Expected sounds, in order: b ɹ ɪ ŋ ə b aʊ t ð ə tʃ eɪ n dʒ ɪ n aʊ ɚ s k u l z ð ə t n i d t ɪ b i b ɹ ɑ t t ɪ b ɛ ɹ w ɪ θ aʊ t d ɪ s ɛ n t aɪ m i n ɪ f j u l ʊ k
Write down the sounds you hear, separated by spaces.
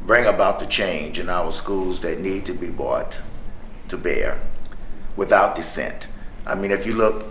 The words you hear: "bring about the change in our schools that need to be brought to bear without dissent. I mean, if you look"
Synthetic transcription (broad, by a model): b ɹ ɪ ŋ ə b aʊ t ð ə tʃ eɪ n dʒ ɪ n aʊ ɚ s k u l z ð ə t n i d t ɪ b i b ɑ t t ɪ b ɛ ɹ w ɪ θ aʊ t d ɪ s ɛ n t aɪ m i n ɪ f j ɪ l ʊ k